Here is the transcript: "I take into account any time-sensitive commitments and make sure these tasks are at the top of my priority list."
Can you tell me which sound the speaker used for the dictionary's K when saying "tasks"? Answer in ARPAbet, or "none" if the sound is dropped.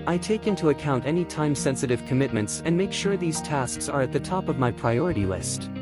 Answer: K